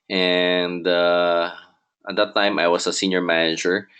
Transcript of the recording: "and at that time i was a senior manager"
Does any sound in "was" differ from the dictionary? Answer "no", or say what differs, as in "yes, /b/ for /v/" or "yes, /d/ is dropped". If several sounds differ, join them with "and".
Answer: yes, /s/ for /z/